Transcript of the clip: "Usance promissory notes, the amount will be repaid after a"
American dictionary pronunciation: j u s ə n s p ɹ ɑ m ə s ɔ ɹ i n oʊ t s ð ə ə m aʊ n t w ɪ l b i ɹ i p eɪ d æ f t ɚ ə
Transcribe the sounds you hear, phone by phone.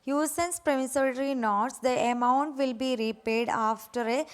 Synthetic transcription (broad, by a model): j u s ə n s p ɹ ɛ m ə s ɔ ɹ i n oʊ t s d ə ə m aʊ n t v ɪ l b i ɹ i p eɪ d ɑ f t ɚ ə